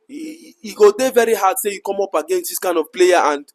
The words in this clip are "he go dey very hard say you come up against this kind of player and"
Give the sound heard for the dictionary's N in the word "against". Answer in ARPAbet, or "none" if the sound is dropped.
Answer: N